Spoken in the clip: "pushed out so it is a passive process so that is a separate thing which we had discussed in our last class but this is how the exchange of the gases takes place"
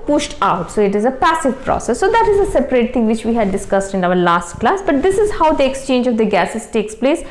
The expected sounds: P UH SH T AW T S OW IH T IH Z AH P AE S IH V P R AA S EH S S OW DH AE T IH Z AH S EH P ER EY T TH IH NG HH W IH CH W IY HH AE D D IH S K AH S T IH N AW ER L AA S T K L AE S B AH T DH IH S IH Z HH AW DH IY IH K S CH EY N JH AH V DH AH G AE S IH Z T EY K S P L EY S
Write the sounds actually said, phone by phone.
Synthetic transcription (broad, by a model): P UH SH T AW T S OW IH T IH Z AH P AE S IH V P R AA S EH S S OW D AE T IH Z AH S EH P ER EY T T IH NG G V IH CH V IY HH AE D D IH S K AH S T IH N AW ER L AA S T K L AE S B AH T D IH S IH Z HH AW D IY IH K S CH EY N JH AH V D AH G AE S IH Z T EY K S P L EY S